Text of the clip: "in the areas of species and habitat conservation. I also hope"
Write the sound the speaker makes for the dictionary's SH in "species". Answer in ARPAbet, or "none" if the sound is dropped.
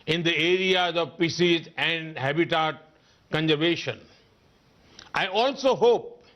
S